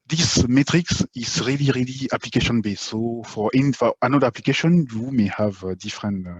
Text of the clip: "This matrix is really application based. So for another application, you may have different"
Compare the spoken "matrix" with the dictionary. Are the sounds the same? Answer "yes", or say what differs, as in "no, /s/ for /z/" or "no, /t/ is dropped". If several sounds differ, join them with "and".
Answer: yes